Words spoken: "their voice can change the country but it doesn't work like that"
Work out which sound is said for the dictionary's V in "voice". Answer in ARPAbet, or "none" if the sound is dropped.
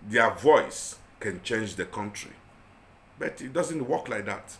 V